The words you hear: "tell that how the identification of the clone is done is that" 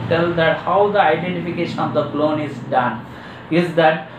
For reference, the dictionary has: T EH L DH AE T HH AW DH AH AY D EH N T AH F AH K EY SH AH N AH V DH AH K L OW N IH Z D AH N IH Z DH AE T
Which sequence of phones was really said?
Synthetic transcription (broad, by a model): T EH L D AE T HH AW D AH AY D EH N T AH F AH K EY SH AH N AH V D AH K L OW N IH Z D AH N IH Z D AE T